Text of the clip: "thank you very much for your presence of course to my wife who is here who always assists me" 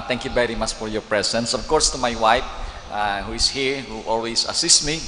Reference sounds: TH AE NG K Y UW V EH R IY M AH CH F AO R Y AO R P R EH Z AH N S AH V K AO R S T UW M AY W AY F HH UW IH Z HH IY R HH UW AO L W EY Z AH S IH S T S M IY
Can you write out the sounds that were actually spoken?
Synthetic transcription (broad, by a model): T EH NG K Y UW V EH R IY M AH CH F AO R Y AO R P R EH S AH N S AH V K AO R S T UW M AY W AY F HH UW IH S HH IY R HH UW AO L W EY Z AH S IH S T M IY